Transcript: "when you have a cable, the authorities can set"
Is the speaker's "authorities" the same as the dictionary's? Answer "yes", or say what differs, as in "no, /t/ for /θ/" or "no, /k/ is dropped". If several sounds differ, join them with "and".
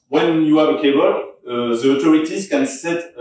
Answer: no, /t/ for /θ/